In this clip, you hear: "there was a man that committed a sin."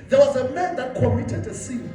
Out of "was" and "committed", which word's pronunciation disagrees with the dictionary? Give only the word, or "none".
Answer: committed